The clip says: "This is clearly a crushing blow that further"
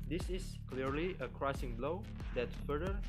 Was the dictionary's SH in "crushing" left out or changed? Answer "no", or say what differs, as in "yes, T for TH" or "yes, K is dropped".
yes, S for SH